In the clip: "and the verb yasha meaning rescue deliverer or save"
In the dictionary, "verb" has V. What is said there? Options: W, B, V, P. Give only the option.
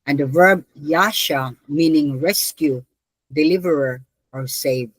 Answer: V